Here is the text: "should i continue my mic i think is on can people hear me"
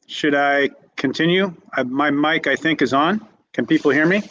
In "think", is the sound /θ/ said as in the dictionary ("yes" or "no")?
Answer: yes